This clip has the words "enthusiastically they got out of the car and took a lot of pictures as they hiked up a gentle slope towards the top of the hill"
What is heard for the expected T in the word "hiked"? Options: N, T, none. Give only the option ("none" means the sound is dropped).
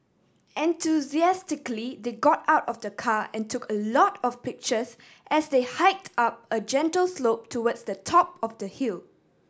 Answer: T